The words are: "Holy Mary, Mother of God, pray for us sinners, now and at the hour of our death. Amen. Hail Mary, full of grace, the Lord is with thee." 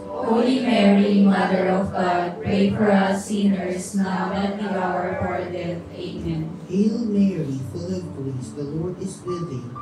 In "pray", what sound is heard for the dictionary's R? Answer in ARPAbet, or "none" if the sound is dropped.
none